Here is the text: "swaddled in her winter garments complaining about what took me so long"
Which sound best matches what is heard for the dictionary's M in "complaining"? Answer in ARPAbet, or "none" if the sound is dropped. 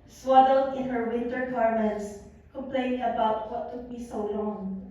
none